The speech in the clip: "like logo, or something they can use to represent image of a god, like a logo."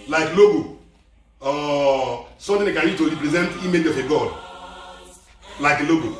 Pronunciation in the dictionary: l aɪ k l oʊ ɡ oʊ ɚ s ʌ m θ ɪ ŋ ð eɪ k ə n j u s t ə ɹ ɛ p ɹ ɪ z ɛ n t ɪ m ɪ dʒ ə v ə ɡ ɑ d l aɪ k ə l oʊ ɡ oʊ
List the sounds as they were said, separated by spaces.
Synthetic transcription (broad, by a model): l aɪ k l oʊ ɡ oʊ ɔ s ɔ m t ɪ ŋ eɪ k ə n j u t ə ɹ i p ɹ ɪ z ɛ n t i m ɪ dʒ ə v ə ɡ ɑ d l aɪ k ə l oʊ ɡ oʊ